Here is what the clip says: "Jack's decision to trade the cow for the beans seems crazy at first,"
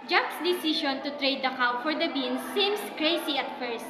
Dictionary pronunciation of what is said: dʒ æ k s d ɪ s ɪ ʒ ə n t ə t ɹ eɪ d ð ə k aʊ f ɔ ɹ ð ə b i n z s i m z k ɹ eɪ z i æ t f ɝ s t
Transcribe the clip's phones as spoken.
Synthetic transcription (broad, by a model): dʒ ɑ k s d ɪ s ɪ ʃ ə n t ə t ɹ eɪ d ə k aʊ f ɔ ɹ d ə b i n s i m s k ɹ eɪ s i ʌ t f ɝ s t